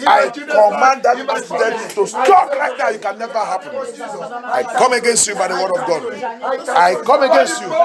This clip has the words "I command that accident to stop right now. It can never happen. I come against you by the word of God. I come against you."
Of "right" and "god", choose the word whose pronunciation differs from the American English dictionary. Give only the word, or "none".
right